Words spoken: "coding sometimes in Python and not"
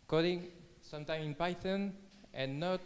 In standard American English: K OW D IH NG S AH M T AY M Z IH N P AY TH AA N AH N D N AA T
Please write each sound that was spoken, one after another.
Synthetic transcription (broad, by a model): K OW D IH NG S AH M T AY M IH N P AY T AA N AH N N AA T